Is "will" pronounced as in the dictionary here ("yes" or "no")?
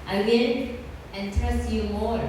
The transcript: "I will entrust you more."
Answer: no